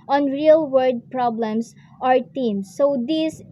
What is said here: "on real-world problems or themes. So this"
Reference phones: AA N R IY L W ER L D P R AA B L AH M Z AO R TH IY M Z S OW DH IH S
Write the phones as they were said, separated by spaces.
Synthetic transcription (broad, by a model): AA N R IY L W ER D P R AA B L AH M S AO R T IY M S OW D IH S